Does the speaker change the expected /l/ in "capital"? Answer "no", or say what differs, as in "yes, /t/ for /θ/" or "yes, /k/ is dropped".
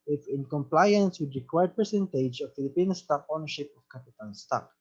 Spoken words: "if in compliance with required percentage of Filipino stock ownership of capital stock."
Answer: yes, /n/ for /l/